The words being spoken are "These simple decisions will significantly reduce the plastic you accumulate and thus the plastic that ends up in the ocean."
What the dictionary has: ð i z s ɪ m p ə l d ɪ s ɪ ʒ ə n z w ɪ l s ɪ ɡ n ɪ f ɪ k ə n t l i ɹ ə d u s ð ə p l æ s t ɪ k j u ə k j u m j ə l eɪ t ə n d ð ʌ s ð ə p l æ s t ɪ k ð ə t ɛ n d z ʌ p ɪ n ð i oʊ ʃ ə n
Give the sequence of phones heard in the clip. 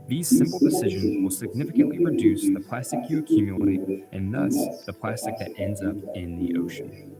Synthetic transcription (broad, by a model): ð i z s ɪ m p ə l d ɪ s ɪ ʒ ə n z w ɪ l s ɪ ɡ n ɪ f ɪ k ə n t l i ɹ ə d u s ð ə p l æ s t ɪ k j u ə k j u m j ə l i t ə n ð ʌ s ð ə p l æ s t ɪ k ð ə t ɛ n d z ʌ p ɪ n ð i oʊ ʃ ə n